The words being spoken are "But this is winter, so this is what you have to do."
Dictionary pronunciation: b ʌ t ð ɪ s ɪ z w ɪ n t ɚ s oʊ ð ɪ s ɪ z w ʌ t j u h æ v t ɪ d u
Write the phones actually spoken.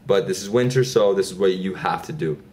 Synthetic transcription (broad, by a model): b ʌ t ð ɪ s ɪ z w ɪ n t ɚ s oʊ ð ɪ s ɪ z w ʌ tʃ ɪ h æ f t ɪ d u